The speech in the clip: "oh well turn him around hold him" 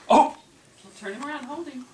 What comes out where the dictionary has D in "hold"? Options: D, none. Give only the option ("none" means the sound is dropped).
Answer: D